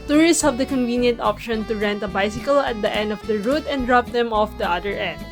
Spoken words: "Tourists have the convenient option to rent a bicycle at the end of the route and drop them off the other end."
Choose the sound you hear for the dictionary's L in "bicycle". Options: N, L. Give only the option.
L